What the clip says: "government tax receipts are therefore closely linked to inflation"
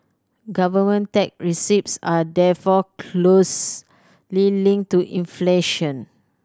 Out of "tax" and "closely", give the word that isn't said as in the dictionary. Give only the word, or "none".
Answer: tax